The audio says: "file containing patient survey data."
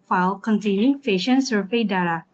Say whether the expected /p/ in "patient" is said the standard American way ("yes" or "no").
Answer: no